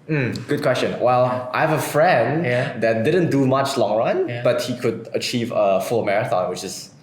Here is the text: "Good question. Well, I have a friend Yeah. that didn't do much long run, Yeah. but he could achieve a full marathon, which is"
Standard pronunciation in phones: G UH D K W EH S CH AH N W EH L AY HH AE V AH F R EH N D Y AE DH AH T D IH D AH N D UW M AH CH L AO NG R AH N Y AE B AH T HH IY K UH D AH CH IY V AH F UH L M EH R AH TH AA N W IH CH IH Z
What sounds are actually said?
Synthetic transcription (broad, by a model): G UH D K W EH S CH AH N W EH L AY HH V AH F R EH N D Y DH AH T D IH D AH N D UW M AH CH L AO NG R AH N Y B AH T HH IY K UH D AH CH IY V AH F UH L M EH R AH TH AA N W IH CH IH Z